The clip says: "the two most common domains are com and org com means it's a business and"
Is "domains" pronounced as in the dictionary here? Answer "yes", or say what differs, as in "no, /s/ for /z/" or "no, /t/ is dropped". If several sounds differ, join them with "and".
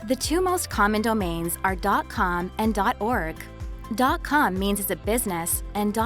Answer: yes